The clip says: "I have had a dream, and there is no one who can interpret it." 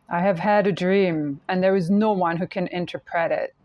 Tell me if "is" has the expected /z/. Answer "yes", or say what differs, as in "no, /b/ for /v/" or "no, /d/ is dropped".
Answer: yes